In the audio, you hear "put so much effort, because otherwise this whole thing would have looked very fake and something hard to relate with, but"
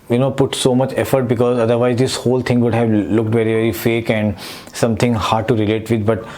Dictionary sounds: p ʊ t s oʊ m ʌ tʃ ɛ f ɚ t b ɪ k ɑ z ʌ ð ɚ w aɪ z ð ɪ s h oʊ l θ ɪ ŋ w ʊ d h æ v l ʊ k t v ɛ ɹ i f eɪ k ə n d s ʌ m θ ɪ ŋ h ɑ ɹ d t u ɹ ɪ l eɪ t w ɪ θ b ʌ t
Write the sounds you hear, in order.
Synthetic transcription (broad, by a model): p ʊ t s oʊ m ʌ tʃ ɛ f ɚ t b ɪ k ɑ z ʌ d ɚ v aɪ z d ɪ s h oʊ l t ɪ ŋ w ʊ d h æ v l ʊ k t v ɛ ɹ i f eɪ k ə n d s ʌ m t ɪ ŋ h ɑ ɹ d t u ɹ ɪ l eɪ t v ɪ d b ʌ t